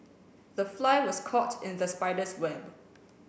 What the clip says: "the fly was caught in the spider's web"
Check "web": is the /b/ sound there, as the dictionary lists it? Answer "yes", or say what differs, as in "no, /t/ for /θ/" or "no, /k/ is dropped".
yes